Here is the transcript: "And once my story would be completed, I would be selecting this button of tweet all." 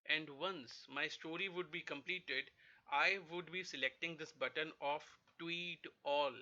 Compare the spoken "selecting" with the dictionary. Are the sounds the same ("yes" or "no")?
yes